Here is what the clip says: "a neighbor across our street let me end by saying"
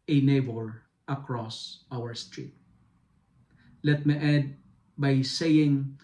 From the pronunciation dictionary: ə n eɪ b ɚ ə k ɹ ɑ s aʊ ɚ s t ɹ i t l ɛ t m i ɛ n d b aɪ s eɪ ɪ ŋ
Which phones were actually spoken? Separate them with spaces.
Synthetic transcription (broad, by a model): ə n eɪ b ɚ ə k ɹ ɑ s aʊ ɚ s t ɹ i t l ɛ t m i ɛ d b aɪ s eɪ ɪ ŋ